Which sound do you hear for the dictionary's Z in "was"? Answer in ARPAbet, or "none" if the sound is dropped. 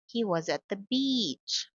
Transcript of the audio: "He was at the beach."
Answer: Z